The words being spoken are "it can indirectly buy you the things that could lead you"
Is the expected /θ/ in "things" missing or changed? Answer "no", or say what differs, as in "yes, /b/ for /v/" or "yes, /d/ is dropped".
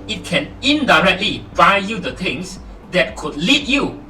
yes, /t/ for /θ/